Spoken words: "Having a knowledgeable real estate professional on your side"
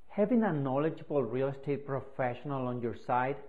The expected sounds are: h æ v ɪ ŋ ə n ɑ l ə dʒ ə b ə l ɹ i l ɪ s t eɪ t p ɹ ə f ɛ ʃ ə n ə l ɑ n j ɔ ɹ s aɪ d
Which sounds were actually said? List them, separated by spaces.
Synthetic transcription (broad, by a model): h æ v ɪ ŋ ə n ɑ l ə dʒ ə b ə l ɹ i l s t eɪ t p ɹ ə f ɛ ʃ ə n ə l ɑ n j ɔ ɹ s aɪ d